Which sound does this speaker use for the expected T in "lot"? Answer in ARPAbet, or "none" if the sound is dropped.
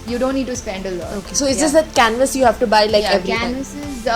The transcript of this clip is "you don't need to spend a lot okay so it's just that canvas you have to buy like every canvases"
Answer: none